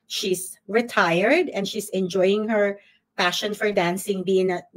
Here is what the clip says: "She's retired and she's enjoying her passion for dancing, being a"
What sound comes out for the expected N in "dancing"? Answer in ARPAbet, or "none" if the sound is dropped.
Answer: N